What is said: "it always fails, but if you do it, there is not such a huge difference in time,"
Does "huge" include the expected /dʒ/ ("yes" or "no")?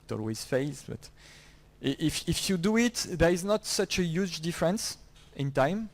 yes